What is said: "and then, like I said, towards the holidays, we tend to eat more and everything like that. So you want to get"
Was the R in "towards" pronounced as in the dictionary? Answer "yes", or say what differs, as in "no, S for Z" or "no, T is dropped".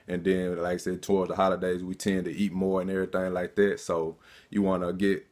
yes